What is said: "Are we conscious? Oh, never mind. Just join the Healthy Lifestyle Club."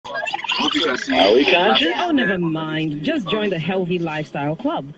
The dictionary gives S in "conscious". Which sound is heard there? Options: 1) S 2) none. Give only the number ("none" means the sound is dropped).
2